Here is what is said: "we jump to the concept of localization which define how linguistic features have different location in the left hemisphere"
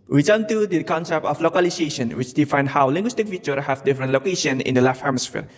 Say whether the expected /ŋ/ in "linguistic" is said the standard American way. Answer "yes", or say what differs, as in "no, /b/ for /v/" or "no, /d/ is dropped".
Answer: yes